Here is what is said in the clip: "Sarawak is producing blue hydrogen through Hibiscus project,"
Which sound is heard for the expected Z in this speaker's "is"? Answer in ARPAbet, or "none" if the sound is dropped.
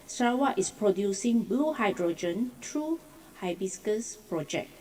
S